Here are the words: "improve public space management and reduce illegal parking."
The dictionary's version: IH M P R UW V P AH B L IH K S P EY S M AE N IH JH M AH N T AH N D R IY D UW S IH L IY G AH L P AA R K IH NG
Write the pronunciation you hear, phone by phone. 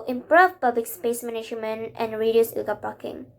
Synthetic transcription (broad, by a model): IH M P R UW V P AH B L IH K S P EY S M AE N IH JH M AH N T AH N R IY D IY IH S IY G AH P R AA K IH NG